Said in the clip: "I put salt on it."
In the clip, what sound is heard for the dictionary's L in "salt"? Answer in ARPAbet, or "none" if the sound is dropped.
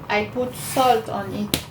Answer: L